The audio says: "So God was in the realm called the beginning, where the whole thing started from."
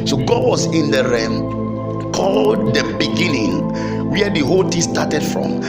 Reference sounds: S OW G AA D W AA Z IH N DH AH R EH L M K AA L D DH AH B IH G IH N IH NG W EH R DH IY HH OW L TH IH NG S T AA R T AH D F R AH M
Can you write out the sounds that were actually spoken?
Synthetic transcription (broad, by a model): S OW G AA D W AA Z IH N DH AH R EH M K AA L D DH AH B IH G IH N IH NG W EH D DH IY HH OW L T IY S T AA T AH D F R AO M